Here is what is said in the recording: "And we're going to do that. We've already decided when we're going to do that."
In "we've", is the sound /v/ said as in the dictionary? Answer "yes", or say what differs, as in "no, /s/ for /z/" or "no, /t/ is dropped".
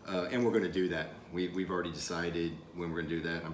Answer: no, /w/ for /v/